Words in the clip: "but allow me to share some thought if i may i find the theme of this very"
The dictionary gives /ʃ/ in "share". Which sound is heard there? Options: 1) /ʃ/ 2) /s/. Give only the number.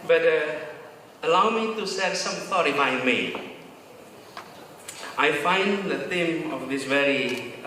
2